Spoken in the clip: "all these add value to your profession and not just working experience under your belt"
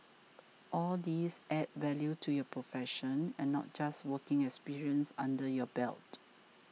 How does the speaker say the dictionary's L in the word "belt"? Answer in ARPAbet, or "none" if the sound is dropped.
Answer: L